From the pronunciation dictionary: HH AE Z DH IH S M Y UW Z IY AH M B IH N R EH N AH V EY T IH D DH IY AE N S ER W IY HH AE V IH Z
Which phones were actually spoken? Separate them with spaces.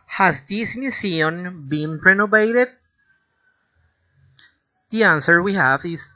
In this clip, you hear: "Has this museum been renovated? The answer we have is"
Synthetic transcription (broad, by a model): HH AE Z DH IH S M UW S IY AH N B IH N R EH N AH V EY T IH D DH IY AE N S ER W IY HH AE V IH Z